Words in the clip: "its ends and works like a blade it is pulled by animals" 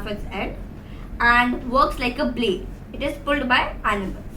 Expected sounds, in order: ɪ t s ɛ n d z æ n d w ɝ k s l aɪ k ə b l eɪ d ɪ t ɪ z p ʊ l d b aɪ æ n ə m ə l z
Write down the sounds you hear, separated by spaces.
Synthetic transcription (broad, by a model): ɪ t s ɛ d æ n d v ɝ k s l aɪ k ə b l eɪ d ɪ t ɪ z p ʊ l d b aɪ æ n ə m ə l